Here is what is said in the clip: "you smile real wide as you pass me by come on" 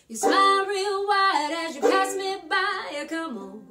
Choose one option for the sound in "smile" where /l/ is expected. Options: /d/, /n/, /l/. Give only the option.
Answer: /n/